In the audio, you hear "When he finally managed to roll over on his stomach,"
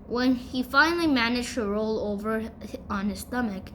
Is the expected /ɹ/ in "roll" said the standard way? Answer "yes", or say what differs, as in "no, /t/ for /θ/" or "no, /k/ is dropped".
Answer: yes